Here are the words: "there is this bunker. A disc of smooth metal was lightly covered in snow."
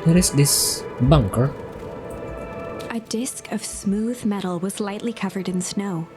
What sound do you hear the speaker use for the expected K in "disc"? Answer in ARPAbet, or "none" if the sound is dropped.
K